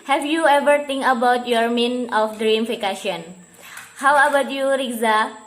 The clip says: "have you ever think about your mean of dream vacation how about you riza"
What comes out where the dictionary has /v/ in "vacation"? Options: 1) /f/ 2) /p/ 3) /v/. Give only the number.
1